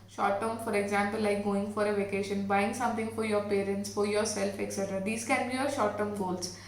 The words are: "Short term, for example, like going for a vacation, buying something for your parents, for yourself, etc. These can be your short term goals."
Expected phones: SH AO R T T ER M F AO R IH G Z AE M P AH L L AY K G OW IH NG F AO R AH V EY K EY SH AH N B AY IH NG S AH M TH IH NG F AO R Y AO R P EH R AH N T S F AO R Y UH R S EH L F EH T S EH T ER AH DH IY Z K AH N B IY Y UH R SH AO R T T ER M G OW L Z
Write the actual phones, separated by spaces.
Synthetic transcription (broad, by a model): SH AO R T T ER M F AO R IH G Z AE M P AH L L AY K G OW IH NG F AO R AH V EY K EY SH AH N B AY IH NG S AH M T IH NG F AO R Y AO R P EH R AH N T S F AO R Y UH R S EH L F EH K S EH T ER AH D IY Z K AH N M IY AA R SH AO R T T ER M G OW L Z